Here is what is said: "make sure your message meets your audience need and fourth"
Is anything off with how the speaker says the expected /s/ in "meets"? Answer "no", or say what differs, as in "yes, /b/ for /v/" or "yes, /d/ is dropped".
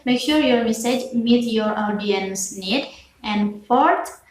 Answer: yes, /s/ is dropped